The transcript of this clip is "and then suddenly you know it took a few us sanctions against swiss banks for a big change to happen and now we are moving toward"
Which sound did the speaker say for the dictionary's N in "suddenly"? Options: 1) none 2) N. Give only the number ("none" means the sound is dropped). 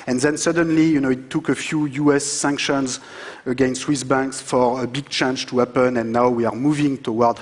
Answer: 2